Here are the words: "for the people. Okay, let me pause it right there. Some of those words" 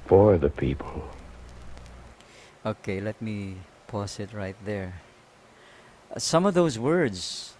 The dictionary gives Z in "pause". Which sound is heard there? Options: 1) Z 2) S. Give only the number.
2